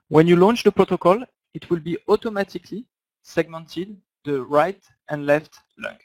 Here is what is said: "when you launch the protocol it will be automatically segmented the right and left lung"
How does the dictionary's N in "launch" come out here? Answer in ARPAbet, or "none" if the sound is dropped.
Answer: N